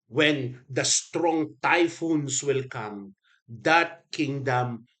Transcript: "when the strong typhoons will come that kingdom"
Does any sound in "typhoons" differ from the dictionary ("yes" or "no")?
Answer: yes